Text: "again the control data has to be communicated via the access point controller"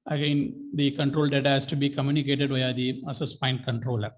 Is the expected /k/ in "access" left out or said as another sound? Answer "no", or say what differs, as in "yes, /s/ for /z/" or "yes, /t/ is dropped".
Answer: yes, /k/ is dropped